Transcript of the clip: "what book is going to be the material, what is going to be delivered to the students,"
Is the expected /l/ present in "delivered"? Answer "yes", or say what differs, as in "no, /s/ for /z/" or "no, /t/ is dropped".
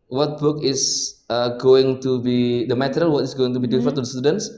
no, /l/ is dropped